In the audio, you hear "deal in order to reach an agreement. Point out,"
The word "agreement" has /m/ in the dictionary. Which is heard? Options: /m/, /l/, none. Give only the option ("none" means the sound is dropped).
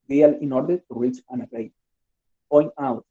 none